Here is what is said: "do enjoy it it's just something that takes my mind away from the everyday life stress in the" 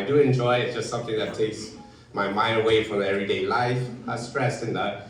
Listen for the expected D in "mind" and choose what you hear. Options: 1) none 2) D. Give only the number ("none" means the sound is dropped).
1